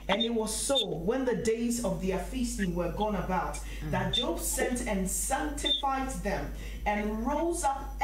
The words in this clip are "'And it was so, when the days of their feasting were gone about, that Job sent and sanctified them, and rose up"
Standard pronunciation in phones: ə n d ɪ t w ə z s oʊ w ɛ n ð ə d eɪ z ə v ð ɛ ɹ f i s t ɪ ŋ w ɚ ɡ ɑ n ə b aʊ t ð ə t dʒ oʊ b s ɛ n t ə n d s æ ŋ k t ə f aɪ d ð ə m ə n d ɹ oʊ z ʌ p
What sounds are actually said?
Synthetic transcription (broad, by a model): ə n ɪ t w ə z s oʊ w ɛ n ð ə d eɪ z ə v ð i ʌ f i s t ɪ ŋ w ɚ ɡ ɑ n ə b aʊ t ð ə t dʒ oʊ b s ɛ n t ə n s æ ŋ k t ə f aɪ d ð ə m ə n ɹ oʊ z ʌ p